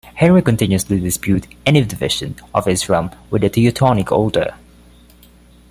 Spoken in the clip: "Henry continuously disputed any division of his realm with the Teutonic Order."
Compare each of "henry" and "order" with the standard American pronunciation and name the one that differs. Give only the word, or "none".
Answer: order